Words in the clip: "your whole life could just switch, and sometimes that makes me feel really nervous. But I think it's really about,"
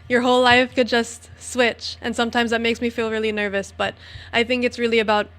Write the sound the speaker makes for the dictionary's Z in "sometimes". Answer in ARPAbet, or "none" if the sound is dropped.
Z